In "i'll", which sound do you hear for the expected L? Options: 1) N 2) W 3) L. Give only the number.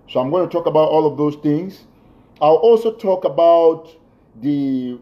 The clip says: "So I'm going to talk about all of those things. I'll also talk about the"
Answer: 3